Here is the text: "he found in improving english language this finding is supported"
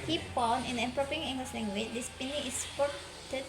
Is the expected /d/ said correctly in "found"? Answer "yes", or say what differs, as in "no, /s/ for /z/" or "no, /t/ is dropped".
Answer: no, /d/ is dropped